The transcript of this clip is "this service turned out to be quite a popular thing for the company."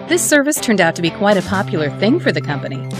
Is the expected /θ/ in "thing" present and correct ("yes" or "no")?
yes